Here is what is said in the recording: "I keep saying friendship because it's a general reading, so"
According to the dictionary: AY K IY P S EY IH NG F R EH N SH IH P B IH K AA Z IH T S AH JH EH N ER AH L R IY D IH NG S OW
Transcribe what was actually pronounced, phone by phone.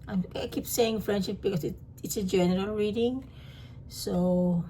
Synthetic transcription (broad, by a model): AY K IY P S EY IH NG F R EH N SH IH P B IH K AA S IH T S AH JH EH N ER AH L R IY D IH NG S OW